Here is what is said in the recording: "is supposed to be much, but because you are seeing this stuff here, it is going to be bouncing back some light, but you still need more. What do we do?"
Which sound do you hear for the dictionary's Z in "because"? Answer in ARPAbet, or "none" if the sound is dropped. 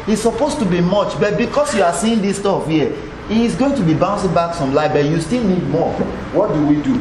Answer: S